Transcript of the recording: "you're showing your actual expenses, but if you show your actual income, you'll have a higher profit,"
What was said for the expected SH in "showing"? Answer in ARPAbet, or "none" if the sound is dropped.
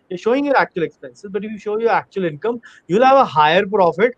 SH